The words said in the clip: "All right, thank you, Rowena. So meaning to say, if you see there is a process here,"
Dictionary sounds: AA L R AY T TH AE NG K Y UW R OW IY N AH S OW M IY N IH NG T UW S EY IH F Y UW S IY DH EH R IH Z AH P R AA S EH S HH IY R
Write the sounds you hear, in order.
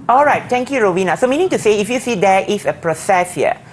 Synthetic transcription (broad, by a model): AA L R AY T T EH NG K Y UW R OW IY N AH S OW M IY N IH NG T UW S EY IH F Y UW S IY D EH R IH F AH P R AA S EH S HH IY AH